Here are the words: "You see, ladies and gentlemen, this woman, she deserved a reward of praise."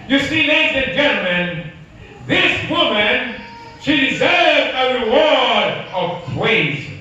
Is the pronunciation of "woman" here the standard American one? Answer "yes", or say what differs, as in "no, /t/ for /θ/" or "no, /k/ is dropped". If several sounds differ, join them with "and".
yes